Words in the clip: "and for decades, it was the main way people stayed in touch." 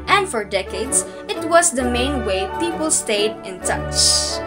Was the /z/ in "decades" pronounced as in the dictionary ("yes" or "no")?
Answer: no